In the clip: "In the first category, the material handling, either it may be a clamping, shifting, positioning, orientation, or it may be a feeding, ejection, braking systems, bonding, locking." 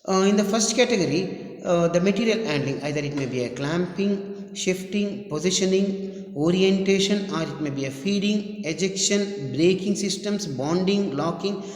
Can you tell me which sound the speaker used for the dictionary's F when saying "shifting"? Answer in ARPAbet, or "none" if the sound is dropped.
F